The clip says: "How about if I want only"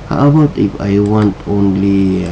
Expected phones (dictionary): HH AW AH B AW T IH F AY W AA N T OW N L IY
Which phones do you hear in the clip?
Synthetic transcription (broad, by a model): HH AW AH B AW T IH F AY W AA N T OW N L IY